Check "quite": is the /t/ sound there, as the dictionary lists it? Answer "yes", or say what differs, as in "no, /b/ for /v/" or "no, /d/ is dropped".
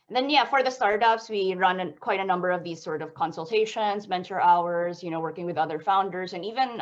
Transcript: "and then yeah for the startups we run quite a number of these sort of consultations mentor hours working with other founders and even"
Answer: yes